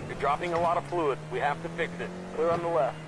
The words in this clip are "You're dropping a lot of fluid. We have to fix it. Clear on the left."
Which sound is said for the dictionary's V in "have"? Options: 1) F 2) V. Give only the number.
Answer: 1